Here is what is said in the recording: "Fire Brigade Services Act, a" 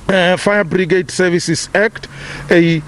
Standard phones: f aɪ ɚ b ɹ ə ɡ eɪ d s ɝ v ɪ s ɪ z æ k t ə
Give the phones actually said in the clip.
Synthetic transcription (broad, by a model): f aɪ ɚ b ɹ ə ɡ eɪ d s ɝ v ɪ s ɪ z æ k t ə